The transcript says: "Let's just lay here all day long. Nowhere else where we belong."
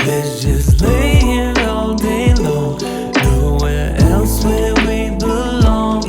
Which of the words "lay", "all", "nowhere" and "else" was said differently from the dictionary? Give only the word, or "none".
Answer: none